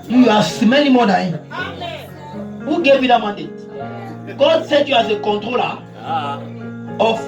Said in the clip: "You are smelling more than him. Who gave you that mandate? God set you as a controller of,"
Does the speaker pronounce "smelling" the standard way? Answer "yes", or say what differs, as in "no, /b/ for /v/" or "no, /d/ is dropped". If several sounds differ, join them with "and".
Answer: no, /n/ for /l/